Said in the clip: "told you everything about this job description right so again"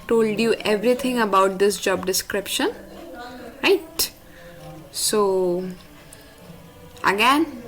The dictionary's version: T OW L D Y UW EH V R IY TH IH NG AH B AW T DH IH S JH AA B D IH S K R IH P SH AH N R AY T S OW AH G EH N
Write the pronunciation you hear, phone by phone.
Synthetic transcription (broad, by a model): T OW L D Y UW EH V R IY T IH NG AH B AW T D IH S JH AA B D IH S K R IH P SH AH N R AY T S OW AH G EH N